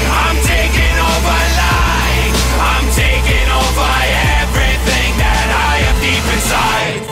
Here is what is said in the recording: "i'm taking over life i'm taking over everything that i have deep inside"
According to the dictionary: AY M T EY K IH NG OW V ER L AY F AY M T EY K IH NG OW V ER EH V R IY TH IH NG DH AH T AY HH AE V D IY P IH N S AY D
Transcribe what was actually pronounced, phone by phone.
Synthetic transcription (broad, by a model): AY M T EY K IH NG OW V ER L AY AY M T EY K IH NG OW V ER EH V R IY TH IH NG DH AH T AY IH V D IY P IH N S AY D